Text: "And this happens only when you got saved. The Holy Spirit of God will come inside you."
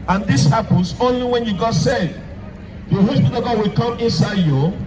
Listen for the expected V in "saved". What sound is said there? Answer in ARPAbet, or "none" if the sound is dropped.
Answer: none